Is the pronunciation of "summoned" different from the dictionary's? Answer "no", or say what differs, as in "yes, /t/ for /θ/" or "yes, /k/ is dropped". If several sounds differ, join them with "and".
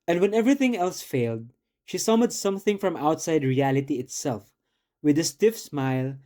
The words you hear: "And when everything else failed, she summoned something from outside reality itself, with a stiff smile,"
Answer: yes, /n/ is dropped